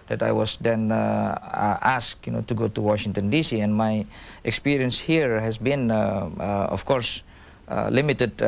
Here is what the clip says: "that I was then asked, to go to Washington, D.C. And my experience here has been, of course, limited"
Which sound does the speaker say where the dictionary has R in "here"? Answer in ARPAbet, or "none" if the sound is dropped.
R